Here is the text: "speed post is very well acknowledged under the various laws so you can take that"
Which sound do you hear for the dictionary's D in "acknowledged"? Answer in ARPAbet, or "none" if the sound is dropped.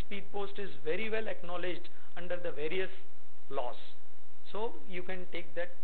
D